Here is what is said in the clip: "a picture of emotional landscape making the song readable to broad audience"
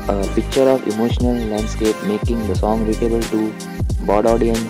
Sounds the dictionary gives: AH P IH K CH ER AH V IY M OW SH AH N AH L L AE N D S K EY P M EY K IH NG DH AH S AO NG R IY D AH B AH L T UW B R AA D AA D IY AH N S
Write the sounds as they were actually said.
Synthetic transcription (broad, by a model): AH P IH K CH ER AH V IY M OW SH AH N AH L L AE N D S K EY P M EY K IH NG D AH S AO NG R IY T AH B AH L T UW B AA D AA D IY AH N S